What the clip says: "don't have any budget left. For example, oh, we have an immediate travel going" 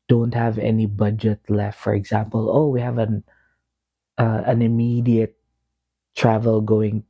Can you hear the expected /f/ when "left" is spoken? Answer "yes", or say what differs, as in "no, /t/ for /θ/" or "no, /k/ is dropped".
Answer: yes